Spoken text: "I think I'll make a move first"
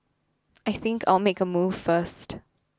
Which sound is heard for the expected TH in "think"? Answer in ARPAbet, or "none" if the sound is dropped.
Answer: TH